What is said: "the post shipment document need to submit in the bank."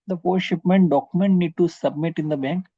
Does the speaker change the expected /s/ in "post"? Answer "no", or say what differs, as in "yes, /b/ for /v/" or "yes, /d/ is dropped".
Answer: yes, /s/ is dropped